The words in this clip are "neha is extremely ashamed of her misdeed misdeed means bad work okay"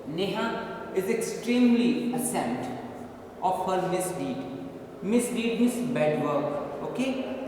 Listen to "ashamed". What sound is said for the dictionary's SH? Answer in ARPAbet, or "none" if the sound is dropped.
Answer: S